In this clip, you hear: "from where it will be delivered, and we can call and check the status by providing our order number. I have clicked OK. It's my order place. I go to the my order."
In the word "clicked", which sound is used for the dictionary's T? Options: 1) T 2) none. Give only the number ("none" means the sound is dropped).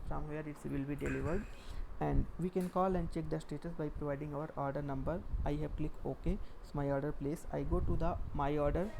2